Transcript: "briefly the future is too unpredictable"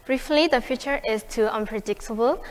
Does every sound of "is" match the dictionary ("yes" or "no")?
no